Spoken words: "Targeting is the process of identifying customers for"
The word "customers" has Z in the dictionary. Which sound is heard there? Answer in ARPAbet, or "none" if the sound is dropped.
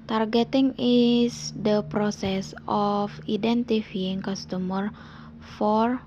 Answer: none